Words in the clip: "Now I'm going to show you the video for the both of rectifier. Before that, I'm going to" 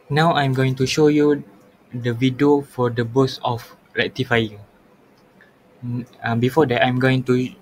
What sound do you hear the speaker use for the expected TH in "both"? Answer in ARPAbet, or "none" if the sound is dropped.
S